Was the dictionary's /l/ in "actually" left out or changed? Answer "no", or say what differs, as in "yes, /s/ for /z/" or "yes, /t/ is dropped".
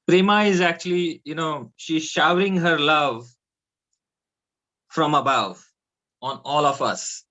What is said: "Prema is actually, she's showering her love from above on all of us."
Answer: yes, /n/ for /l/